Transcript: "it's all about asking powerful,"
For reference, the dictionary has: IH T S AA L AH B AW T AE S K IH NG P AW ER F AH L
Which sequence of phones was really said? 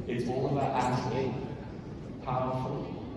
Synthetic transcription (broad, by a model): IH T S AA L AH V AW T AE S IH P AW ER F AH L